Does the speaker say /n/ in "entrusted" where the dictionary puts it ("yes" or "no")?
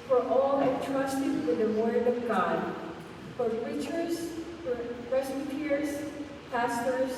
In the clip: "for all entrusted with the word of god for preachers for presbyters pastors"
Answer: no